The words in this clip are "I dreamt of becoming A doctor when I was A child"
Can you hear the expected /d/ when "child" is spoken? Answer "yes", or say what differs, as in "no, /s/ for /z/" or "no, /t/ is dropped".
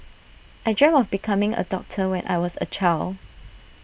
no, /d/ is dropped